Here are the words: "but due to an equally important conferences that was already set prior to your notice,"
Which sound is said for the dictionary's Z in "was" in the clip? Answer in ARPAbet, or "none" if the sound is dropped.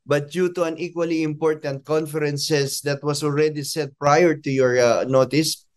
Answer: S